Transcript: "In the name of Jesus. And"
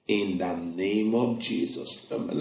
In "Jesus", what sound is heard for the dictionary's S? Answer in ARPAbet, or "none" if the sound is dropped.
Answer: S